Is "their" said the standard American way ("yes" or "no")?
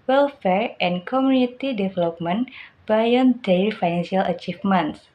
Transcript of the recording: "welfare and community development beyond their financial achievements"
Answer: no